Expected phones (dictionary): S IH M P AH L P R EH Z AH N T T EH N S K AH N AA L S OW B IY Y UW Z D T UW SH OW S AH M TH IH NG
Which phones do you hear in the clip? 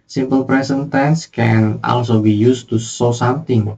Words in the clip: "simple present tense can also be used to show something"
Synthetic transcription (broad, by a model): S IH M P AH L P R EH S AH N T T EH N S K AH N AA L S OW B IY Y UW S T UW S OW S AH M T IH NG